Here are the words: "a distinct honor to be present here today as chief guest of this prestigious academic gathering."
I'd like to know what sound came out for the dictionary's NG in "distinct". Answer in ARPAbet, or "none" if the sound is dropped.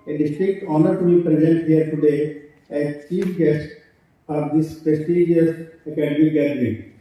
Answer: none